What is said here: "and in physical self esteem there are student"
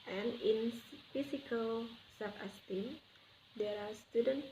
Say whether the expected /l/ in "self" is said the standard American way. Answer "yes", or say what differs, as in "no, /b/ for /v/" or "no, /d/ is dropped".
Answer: no, /l/ is dropped